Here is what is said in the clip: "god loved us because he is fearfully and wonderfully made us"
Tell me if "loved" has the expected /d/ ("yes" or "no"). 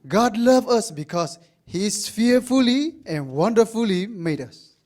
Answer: no